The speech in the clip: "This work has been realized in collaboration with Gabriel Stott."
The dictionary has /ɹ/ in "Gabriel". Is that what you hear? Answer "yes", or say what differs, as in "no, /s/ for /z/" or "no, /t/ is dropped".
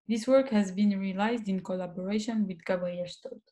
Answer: no, /ɹ/ is dropped